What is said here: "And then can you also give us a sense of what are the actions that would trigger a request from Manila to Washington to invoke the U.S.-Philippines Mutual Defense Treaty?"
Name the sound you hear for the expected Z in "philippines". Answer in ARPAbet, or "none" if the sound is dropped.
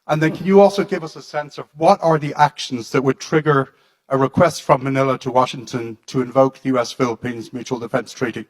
Z